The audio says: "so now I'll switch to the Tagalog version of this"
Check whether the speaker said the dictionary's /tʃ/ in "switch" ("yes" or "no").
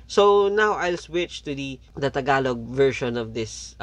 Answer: yes